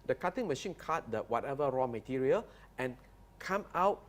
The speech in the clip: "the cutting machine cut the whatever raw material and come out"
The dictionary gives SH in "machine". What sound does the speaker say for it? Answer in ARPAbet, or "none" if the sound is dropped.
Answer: SH